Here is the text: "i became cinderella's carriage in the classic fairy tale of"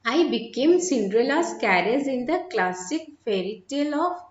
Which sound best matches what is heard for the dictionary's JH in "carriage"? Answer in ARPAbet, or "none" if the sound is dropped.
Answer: Z